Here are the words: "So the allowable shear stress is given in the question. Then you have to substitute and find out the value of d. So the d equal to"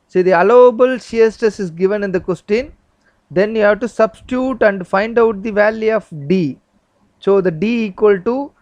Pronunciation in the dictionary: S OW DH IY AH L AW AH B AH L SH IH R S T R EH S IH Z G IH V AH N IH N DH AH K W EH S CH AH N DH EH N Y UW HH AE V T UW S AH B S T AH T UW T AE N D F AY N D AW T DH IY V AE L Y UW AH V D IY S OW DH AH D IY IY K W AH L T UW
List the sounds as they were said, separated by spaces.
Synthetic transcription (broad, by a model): S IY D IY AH L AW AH B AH L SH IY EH S T EH S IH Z G IH V AH N IH N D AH K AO S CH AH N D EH N Y UW HH AE V T UW S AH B S T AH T UW T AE N D F AY N D AW T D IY V AE L Y UW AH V D IY S OW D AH D IY IY K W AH L T UW